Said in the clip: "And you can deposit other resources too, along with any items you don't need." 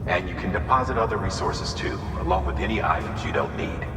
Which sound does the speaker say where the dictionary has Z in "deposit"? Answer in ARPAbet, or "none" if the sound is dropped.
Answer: Z